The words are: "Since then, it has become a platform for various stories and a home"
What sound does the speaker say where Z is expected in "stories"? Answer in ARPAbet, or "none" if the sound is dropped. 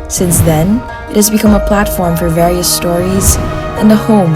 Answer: Z